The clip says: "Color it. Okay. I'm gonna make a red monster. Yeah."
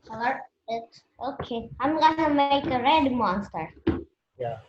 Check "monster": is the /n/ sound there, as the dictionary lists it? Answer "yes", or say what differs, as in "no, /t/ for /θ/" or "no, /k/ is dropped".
yes